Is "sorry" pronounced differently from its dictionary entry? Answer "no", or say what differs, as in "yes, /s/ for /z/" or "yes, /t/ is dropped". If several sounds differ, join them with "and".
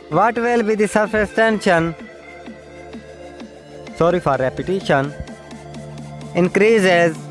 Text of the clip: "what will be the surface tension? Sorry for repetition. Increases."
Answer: no